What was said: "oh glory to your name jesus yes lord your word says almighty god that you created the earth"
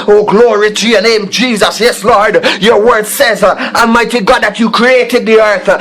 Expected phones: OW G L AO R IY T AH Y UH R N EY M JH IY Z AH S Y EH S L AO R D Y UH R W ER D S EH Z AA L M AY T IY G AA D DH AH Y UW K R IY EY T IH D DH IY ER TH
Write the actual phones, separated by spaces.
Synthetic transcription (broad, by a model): OW G L AO R IY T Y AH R N EY M JH IY Z AH S Y EH S L AO R D Y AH R W ER D S EH Z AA M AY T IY G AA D DH AH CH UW K R IY EY T IH D DH IY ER TH